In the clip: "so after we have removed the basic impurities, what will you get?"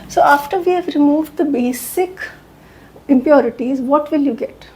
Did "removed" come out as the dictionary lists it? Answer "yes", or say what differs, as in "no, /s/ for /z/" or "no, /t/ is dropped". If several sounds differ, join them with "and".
yes